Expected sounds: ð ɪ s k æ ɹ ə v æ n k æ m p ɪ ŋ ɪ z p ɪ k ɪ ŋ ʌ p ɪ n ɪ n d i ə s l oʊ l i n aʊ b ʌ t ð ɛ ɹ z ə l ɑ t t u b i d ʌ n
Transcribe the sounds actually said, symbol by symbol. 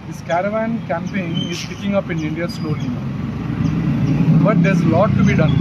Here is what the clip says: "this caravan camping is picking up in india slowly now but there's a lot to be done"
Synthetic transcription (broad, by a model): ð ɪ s k æ ɹ ə v æ n k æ m p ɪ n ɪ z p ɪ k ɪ ŋ ʌ p ɪ n ɪ n d i ə s l oʊ l i b ʌ t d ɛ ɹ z ə l ɑ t t u b i d ʌ n